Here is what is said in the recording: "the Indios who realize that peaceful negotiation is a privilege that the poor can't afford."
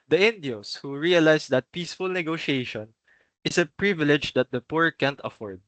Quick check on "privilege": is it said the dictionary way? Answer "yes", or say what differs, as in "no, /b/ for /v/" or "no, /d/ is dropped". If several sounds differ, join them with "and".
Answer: yes